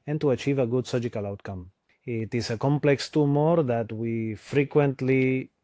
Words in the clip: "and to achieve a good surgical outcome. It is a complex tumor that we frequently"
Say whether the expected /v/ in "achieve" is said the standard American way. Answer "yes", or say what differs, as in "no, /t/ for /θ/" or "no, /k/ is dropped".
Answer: yes